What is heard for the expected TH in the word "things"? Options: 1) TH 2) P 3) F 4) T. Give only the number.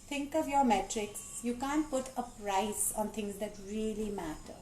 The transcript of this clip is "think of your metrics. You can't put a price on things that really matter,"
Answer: 4